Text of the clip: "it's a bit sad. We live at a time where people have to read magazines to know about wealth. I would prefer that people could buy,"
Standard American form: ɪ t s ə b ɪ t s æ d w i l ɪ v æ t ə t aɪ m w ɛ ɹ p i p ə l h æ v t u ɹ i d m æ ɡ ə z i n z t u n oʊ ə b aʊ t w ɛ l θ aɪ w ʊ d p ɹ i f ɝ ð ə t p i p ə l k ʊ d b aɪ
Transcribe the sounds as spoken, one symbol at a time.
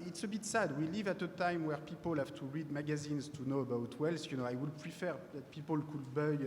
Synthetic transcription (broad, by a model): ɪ t s ə b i t s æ d w i l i v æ t ə t aɪ m w ɛ ɹ p i p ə l h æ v t u ɹ i d m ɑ ɡ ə z i n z t u n oʊ ə b aʊ t w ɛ l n aɪ w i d p ɹ i f ɝ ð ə t p i p ə l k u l b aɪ